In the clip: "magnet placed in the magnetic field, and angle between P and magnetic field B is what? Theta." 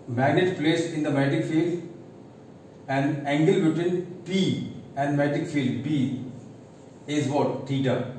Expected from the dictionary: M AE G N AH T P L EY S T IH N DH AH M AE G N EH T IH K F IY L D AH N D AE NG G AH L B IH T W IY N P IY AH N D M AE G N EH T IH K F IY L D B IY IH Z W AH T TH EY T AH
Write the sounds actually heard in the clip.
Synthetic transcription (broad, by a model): M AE G N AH T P L EY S IH N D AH M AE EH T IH K F IY L D AH N D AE NG G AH L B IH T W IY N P IY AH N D M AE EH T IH K F IY L D B IY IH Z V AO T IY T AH